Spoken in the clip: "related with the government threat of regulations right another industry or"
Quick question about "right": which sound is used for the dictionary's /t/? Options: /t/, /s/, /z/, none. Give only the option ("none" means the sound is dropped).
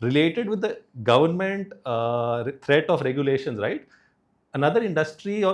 /t/